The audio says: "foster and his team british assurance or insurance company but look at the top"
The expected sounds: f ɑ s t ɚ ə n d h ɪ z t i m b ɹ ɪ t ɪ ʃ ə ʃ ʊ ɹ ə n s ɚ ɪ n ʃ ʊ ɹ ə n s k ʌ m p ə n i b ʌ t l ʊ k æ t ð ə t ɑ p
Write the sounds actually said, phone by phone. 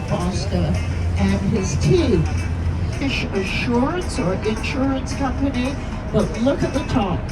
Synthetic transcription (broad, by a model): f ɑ s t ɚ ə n ɪ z t i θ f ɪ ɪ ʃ ə ʃ ʊ ɹ ə n s ɚ ɪ n ʃ ʊ ɹ ə n s k ʌ m p ə n i b ʌ t l ʊ k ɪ t ð ə t ɑ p